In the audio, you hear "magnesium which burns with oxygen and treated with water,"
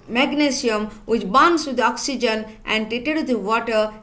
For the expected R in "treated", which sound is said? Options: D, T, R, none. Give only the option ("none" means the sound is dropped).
none